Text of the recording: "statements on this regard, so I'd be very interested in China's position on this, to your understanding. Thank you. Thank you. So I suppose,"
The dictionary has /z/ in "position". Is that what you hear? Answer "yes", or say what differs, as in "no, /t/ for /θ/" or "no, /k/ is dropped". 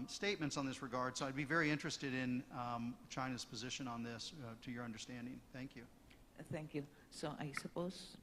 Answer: yes